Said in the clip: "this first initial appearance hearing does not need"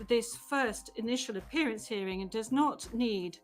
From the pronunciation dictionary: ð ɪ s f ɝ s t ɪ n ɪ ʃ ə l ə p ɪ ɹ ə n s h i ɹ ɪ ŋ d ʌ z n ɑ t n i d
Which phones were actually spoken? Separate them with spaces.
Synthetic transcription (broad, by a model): ð ɪ s f ɝ s t ɪ n ɪ ʃ ə l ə p ɪ ɹ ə n s h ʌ ɹ ɪ ŋ d ʌ z n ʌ t n i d